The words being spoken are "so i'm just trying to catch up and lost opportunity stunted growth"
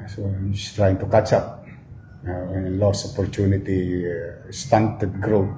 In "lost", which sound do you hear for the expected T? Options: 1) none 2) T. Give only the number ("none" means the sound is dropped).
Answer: 1